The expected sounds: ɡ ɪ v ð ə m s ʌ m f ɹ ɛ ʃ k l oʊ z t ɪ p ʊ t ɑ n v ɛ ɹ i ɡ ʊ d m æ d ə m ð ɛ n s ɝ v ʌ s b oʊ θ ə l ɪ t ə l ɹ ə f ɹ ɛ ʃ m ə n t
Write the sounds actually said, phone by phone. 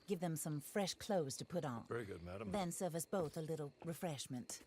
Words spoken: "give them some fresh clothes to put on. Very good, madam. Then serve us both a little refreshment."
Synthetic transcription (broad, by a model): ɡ ɪ v ð ə m s ʌ m f ɹ ɛ ʃ k l oʊ z t ɪ p ʊ t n v ɛ ɹ i ɡ ʊ d m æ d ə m ð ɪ n s ɝ v ʌ s b oʊ θ ə l ɪ t l ɹ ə f ɹ ɛ ʃ m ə n t